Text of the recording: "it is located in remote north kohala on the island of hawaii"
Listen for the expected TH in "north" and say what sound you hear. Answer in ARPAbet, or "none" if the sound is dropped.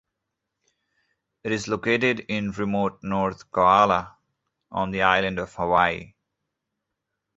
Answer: T